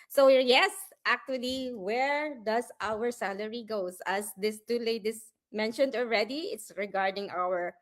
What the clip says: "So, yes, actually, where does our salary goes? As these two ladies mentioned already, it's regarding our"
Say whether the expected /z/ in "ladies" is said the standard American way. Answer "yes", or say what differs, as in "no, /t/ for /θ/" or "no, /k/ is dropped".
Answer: no, /s/ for /z/